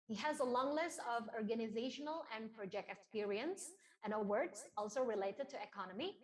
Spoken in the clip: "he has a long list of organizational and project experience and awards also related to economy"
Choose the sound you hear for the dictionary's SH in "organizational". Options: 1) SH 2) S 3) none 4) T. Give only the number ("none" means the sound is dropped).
1